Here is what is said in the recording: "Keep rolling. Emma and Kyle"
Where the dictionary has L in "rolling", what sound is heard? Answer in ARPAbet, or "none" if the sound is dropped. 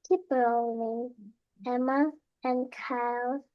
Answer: none